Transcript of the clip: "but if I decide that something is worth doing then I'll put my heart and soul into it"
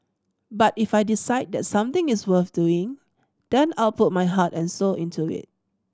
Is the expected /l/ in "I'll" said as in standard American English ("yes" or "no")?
yes